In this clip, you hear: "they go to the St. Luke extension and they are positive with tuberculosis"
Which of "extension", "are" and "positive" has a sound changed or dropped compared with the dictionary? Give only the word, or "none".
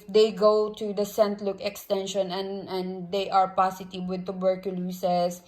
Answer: positive